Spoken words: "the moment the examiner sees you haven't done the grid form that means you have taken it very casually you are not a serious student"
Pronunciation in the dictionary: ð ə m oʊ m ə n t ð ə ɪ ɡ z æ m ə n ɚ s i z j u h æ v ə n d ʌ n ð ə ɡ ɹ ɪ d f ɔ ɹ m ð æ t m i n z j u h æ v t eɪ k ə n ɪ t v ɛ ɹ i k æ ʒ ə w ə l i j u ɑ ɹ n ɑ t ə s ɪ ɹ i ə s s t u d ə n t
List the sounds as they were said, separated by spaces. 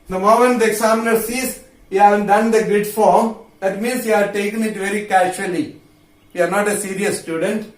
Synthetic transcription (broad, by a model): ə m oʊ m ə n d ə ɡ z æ m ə n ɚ s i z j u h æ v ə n d ʌ n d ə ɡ ɪ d f ɔ ɹ m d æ t m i n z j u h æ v t eɪ k ə n ɪ t v ɛ ɹ i k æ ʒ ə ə l i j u ɑ ɹ n ɑ t ə s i ɹ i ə s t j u d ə n t